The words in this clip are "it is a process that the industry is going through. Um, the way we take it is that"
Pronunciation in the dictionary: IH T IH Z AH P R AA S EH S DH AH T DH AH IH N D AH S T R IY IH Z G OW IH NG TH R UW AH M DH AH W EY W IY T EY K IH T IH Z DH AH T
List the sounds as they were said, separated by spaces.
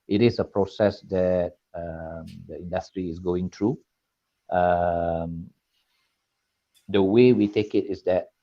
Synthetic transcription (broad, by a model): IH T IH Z AH P R AA S EH S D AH T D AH IH N D AH S T R IY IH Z G OW IH NG T R UW AH M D AH W EY W IY T EY K IH T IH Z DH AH T